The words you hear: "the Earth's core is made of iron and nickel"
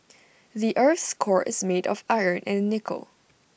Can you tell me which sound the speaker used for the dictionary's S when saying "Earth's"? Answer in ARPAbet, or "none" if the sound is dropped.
S